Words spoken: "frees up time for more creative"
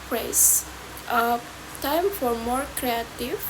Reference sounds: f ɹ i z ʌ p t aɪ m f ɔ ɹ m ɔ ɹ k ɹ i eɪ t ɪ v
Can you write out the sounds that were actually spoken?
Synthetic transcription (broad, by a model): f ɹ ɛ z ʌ t aɪ m f ɔ ɹ m ɔ ɹ k ɹ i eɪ t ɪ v